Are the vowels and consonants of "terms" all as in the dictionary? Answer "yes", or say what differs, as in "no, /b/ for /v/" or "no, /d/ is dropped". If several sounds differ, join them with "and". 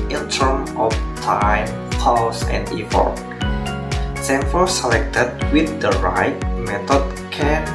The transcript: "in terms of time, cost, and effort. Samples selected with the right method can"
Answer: no, /z/ is dropped